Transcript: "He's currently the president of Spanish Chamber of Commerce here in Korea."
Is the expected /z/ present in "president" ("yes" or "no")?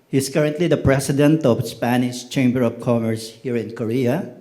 no